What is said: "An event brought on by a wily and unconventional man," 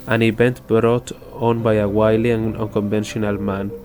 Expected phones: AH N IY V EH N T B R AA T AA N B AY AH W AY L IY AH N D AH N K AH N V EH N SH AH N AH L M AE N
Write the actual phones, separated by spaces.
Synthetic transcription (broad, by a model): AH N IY B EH N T B R AA T AA N B AY AH W AY L IY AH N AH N K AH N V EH N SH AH N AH L M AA N